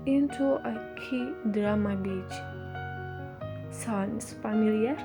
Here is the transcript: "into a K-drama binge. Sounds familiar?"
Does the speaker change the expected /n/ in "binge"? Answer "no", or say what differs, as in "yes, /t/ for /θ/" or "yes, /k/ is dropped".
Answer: yes, /n/ is dropped